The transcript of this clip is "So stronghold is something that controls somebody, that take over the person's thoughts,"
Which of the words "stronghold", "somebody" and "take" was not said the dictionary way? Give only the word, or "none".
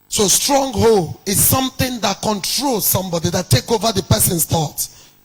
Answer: stronghold